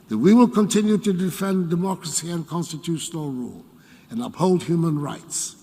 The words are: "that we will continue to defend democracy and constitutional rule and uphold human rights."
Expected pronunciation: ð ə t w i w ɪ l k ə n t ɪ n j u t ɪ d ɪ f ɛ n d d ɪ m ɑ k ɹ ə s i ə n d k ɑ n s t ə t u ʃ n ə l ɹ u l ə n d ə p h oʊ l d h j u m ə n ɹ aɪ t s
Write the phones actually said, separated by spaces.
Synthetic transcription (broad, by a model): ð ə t w i w ɪ l k ə n t ɪ n j u t ɪ d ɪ f ɛ n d d ɪ m ɑ k ɹ ə s i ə n k ɑ n s t ə t u ʃ n ə l ɹ u l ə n ə p h oʊ l d h j u m ə n ɹ aɪ t s